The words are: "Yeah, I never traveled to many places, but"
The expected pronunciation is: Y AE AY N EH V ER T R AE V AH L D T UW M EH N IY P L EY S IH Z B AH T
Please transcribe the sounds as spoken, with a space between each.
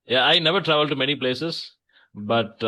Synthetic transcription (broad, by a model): Y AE AY N EH V ER T R AE V AH L D T UW M EH N IY P L EY S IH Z B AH T